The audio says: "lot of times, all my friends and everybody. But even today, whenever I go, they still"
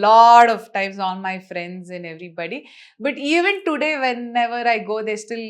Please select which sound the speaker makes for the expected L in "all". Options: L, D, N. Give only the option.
N